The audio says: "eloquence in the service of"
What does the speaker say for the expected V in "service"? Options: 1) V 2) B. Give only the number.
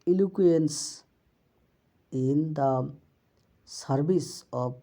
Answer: 2